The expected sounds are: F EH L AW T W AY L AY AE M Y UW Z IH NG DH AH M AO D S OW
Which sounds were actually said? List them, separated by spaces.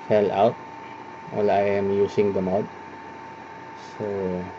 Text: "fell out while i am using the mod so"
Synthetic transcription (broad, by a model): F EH L AW T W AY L AY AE M Y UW S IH NG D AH M AO D S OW